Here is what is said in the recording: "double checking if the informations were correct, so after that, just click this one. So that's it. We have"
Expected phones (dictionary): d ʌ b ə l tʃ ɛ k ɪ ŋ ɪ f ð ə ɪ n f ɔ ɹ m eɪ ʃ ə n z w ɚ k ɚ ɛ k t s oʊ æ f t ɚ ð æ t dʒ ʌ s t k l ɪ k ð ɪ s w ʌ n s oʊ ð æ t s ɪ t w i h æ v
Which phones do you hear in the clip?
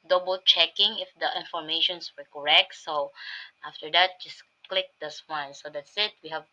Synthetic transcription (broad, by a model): d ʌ b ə l tʃ ɛ k ɪ ŋ ɪ f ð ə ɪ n f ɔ ɹ m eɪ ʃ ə n s w ɚ k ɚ ɛ k t s oʊ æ f t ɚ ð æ t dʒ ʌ s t k l ɪ k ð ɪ s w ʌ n s oʊ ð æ t s ɪ t w i h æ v